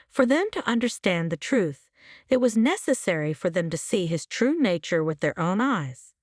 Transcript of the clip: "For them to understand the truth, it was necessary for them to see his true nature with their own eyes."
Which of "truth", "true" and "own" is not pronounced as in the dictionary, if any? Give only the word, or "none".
none